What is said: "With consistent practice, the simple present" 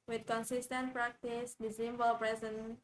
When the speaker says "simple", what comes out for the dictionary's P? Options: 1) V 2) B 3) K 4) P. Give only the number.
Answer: 2